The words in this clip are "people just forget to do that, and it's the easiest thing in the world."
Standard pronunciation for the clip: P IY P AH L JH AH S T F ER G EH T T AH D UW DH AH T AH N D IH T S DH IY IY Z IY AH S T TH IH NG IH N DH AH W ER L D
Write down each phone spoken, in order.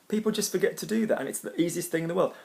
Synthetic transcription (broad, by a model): P IY P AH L JH AH S T F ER G EH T T AH D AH DH AH T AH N IH T S DH IY IY Z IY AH S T TH IH NG IH N DH AH W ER L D